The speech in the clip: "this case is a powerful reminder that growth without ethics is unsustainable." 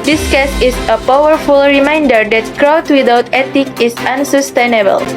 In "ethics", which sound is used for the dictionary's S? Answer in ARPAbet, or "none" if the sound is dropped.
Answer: none